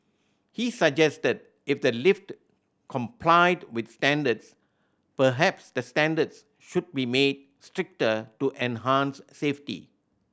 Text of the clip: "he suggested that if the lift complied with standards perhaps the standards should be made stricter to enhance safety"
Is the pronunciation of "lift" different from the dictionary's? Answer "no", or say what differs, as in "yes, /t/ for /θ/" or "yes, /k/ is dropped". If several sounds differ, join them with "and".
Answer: no